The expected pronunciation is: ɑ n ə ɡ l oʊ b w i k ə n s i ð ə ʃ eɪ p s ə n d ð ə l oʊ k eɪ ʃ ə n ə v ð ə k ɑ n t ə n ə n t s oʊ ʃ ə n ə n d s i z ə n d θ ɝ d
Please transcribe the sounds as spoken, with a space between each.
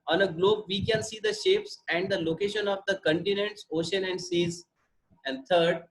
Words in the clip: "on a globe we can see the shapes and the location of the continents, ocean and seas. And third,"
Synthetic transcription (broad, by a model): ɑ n ə ɡ l oʊ b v i k ə n s i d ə ʃ eɪ p s ə n d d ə l oʊ k eɪ ʃ ə n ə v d ə k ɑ n t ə n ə n t s oʊ ʃ ə n ə n d s i z ə n d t ɝ d